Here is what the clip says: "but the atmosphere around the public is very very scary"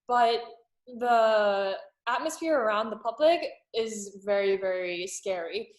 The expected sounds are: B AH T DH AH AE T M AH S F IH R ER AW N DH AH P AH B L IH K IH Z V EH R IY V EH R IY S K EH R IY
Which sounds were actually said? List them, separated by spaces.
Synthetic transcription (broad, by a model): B AH T DH AH AE T M AH S F IH R ER AW N DH AH P AH B L IH K IH Z V EH R IY V EH R IY S K EH R IY